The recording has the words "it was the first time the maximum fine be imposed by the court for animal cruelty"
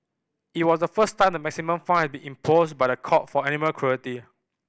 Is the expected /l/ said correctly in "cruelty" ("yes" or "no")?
no